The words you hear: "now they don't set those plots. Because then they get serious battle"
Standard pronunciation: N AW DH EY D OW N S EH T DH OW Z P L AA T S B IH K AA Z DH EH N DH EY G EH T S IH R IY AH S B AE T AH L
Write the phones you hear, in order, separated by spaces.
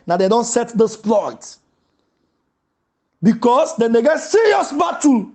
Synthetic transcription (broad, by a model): N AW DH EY D OW N S EH T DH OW S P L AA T B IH K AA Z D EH N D EY G EH T S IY R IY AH S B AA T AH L